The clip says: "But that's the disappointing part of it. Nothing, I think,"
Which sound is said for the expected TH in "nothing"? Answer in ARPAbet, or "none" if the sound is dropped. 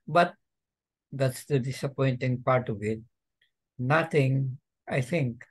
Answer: T